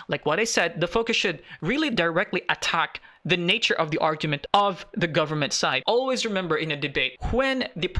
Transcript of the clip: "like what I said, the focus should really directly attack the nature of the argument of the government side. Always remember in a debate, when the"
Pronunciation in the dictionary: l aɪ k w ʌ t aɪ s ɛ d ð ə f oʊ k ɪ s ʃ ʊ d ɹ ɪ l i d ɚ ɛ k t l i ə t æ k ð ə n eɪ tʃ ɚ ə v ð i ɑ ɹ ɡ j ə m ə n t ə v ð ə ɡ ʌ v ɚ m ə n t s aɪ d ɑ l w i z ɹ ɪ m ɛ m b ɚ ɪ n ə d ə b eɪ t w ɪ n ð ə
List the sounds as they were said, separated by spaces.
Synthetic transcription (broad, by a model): l aɪ k w ʌ t aɪ s ɛ d ð ə f oʊ k ɪ s ʃ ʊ d ɹ ɪ l i d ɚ ɛ k t l i ə t æ k ð ə n eɪ tʃ ɚ ə v ð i ɑ ɹ ɡ j ə m ə n t ə v ð ə ɡ ʌ v ɚ m ə n t s aɪ d ɑ l w i z ɹ ɪ m ɛ m b ɚ ɪ n ə d ə b eɪ t w ɪ n ð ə